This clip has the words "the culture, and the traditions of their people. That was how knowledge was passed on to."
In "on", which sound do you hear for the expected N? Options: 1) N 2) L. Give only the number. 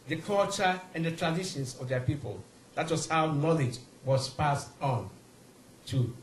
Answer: 1